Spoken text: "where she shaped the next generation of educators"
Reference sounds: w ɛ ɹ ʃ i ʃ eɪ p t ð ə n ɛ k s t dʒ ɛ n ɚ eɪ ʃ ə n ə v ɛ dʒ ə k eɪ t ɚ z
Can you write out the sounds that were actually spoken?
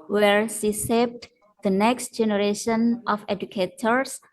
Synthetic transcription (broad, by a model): w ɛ ɹ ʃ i s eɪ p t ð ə n ɛ k s t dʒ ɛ n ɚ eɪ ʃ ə n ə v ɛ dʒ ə k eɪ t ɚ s